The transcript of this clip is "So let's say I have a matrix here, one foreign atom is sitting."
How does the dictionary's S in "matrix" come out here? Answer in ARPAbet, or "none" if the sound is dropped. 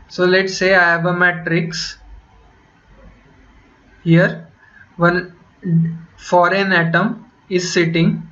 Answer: S